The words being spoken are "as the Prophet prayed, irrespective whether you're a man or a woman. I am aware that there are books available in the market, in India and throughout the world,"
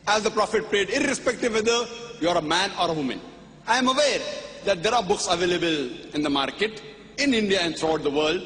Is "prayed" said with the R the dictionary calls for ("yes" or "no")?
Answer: yes